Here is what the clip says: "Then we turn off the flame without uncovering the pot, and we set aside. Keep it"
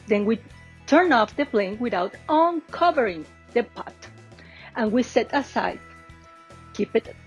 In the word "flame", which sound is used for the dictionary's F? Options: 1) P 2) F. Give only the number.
1